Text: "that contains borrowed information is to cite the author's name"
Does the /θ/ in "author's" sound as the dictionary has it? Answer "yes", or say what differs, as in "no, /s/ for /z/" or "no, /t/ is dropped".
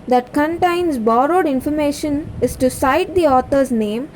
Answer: no, /t/ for /θ/